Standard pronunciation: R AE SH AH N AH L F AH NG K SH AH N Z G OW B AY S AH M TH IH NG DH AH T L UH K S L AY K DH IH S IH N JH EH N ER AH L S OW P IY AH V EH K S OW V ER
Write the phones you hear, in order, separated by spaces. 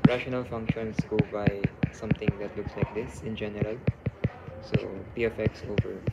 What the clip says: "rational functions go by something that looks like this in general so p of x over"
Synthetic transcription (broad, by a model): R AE SH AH N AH L F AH NG K SH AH N S G OW B AY S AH M T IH NG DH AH T L UH K S L AY K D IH S IH N JH EH N ER AH L S OW P IY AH F EH K S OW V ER